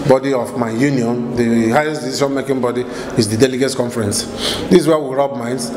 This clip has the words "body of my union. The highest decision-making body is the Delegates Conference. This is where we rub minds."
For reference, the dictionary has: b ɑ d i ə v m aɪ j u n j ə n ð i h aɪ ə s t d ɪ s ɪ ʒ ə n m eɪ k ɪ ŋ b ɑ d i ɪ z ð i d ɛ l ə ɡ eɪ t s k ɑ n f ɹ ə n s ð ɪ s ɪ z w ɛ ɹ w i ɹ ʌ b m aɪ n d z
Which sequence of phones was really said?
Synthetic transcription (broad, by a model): b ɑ d i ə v m aɪ j u n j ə n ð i h aɪ ə s t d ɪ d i ʃ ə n m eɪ k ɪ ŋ b ɑ d i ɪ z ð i d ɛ l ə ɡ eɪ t k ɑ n f ɹ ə n s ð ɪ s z w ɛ w i ɹ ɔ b m aɪ n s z